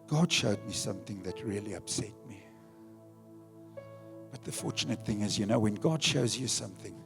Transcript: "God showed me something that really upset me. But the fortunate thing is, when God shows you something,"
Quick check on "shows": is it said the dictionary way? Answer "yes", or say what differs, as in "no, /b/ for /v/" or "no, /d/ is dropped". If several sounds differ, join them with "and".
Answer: yes